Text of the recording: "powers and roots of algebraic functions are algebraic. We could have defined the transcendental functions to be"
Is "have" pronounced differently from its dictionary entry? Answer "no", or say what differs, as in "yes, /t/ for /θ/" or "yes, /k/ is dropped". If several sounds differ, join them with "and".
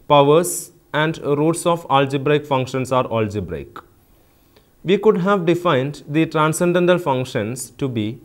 no